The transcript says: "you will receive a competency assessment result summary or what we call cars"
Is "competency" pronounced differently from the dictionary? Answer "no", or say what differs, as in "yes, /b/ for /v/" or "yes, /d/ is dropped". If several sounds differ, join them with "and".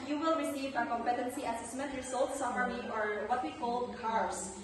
no